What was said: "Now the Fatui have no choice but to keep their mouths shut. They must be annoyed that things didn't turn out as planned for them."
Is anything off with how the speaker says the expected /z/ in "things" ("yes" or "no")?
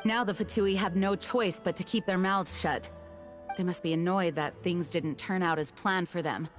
no